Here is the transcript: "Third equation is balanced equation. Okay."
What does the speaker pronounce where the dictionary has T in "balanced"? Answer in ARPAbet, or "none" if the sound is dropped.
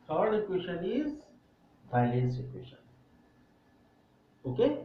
none